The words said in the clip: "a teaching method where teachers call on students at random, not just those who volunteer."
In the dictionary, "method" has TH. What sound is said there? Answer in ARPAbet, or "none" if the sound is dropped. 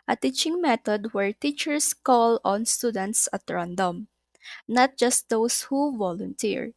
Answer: T